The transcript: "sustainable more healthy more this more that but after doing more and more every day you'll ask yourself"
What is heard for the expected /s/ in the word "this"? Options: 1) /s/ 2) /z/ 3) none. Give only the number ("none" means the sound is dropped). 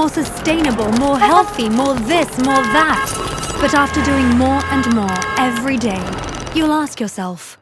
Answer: 1